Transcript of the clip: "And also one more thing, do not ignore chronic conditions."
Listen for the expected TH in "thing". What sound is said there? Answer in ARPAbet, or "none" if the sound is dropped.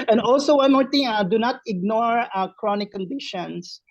T